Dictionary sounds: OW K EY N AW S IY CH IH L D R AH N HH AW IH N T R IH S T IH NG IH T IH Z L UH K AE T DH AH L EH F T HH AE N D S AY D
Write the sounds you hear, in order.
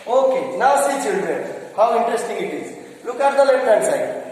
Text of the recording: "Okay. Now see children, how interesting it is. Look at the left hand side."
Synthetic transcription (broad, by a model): OW K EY N AW S IY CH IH L D R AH N HH AW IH N T R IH S T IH NG IH T IH Z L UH K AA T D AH L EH T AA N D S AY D